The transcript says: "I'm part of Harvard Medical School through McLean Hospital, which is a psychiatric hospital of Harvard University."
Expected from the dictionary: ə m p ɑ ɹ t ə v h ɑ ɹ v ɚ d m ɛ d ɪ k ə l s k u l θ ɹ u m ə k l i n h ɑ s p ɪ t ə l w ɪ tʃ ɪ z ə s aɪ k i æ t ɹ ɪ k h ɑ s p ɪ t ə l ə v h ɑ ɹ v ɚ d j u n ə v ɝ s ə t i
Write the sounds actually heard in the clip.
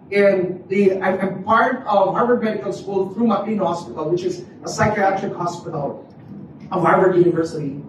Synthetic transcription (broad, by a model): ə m p ɑ ɹ t ə v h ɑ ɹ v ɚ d m ɛ d ɪ k ə l s k u l θ ɹ u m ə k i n h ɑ s p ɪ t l w ɪ tʃ ɪ z ə s aɪ k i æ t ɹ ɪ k h ɑ s p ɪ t l ə v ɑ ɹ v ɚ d j u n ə v ɝ s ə t i